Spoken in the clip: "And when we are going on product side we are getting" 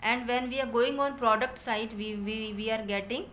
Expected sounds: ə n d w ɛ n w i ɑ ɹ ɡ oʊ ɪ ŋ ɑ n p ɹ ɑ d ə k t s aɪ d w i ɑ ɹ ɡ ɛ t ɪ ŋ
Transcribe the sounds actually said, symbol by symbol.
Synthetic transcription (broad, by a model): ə n d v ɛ n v i ɑ ɹ ɡ oʊ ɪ ŋ ɑ n p ɹ ɑ d ə k t s aɪ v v i ɑ ɹ ɡ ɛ t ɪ ŋ